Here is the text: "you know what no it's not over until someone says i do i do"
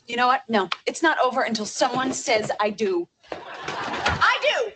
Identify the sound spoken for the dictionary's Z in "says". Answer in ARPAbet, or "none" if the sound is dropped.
Z